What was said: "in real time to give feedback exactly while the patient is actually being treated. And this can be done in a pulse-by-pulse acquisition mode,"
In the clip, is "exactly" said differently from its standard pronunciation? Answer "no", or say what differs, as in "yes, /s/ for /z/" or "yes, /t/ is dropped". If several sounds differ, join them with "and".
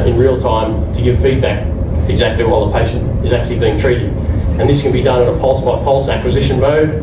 no